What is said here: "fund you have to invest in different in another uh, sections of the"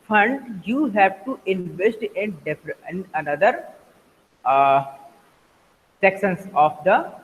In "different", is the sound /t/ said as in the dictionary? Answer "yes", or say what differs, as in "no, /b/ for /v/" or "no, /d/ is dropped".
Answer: no, /t/ is dropped